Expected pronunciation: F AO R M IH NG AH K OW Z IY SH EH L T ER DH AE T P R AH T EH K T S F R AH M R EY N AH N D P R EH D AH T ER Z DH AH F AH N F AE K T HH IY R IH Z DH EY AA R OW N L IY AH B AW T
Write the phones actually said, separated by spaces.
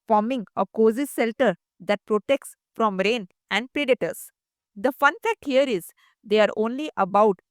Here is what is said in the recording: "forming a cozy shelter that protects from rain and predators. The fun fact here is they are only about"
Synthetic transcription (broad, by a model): F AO R M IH NG AH K OW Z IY S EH L T ER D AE T P R AH T EH K T S F R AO M R EY N AH N D P R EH D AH T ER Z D AH F AH N F AE K T HH IY R IH Z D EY AA R OW N L IY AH B AW T